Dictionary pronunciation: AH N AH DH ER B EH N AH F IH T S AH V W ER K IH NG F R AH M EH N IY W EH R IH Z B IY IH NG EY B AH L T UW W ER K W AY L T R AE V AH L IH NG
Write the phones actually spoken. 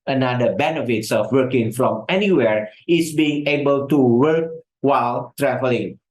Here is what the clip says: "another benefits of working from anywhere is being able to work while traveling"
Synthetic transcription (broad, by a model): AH N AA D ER B EH N AH F IH T S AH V W ER K IH NG F R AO M EH N IY W EH R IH S B IY IH NG EY B AH L T UW W ER K W AY L T R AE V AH L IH NG